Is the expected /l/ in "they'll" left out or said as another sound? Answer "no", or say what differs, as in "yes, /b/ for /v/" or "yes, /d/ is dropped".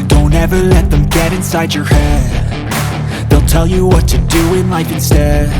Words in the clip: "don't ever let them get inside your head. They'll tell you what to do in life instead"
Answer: no